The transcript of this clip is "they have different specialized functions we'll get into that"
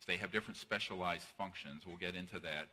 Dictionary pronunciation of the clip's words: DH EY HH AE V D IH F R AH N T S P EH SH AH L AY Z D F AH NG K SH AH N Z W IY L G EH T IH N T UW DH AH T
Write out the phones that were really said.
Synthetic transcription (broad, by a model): DH EY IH V D IH F R AH N T S P EH SH AH L AY Z D F AH NG K SH AH N Z W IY L G EH T IH N T UW DH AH T